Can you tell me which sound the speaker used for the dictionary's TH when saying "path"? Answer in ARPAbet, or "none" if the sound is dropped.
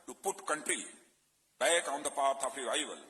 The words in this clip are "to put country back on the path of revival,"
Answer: T